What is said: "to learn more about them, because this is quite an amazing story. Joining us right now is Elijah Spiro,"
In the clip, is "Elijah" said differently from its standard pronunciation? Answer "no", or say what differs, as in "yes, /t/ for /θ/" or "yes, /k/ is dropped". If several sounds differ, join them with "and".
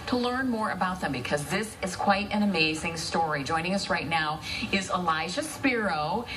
yes, /ʃ/ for /dʒ/